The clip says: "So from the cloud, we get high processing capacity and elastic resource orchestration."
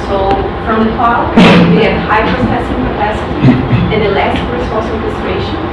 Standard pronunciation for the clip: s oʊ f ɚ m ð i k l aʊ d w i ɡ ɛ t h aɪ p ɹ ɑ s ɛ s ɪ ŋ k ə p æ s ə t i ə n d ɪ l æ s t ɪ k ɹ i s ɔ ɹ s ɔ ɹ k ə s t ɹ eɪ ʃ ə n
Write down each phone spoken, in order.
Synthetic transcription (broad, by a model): s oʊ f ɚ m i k aʊ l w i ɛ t h aɪ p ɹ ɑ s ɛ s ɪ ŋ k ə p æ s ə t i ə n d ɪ l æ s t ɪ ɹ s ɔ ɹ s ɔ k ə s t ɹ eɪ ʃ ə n